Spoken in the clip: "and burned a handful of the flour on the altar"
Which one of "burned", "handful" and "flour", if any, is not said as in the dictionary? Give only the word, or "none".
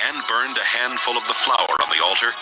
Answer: none